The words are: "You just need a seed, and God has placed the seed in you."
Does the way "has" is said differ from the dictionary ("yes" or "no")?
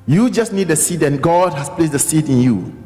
yes